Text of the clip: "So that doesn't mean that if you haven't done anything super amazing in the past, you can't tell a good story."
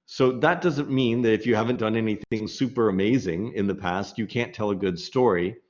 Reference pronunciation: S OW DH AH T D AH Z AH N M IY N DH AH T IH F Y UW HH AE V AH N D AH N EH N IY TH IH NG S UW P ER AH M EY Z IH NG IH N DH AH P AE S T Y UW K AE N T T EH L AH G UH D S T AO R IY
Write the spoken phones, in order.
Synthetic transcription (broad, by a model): S OW DH AH T D AH Z AH N M IY N DH AH T IH F Y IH HH AE V AH N D AH N EH N IY TH IH NG S UW P ER AH M EY Z IH NG IH N DH AH P AE S T Y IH K AE N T T EH L AH G UH D S T AO R IY